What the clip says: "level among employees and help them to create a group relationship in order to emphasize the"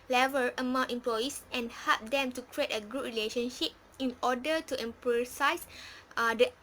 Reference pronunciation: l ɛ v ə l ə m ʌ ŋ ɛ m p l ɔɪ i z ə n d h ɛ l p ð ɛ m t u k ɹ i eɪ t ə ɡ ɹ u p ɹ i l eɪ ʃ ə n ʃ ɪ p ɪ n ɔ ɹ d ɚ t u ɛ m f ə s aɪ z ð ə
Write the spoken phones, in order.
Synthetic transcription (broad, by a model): l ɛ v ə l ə m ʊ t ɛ m p l ɔɪ i s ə n h ɛ l p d ɛ m t u k ɹ i eɪ t ə ɡ u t ɹ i l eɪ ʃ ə n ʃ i p ɪ n ɔ d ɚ t u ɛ m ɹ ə s aɪ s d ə